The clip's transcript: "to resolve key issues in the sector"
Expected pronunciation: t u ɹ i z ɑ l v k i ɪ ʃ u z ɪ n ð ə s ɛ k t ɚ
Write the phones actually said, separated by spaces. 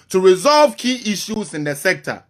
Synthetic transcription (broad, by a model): t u ɹ i z ɑ l v k i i ʃ u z ɪ n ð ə s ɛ k t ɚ